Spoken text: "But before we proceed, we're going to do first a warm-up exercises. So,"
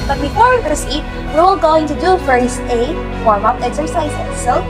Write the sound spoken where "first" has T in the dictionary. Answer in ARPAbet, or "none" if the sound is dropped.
none